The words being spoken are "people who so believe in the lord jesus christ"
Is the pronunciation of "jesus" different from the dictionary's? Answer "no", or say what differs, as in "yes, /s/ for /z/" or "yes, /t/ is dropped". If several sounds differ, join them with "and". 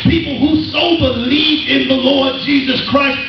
no